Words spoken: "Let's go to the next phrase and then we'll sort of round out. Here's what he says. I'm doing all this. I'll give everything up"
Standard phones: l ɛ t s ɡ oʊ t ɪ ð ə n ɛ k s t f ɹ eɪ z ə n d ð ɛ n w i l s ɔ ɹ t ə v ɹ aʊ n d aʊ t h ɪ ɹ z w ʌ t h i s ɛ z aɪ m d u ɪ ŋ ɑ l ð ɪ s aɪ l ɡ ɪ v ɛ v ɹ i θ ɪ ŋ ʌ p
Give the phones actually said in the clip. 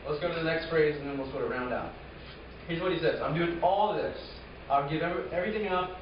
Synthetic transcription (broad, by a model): l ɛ t s ɡ oʊ t ɪ ð ə n ɛ k s t f ɹ eɪ z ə n ð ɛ n w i l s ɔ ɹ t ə ɹ aʊ n d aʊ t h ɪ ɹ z w ʌ t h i s ɛ z aɪ m d u ɪ ŋ ɑ l ð ɪ s aɪ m ɡ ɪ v ɛ v ɹ i θ ɪ ŋ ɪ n